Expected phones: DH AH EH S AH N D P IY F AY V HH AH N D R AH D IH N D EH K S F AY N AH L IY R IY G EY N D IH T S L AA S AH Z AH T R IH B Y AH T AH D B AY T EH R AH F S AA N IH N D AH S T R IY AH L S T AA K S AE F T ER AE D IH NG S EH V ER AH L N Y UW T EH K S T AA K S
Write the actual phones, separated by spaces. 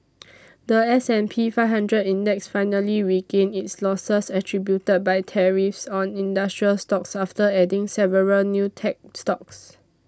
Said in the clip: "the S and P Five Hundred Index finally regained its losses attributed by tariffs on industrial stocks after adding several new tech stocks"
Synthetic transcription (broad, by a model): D AH EH S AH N P IY F AY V HH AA N D R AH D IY N D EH K S F AY N AH L IY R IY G EY N IH T S L AA S AH S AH T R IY B Y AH T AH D B AY T EH R AH F S AA N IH N D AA S T R IY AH L S T AA K S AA F T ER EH D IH NG S EH V ER AH L N Y UW T EH K S T AA K S